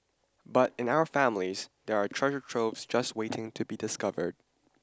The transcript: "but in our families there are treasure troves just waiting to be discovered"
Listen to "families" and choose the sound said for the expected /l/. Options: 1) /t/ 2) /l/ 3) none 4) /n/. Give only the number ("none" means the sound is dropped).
2